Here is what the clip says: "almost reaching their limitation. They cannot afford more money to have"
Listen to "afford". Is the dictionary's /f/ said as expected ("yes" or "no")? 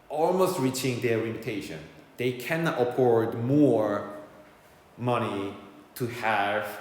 no